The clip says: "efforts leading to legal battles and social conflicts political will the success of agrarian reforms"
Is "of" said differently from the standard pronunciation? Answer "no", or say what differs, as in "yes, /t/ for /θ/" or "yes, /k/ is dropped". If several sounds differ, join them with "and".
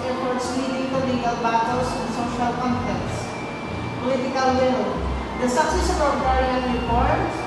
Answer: yes, /p/ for /v/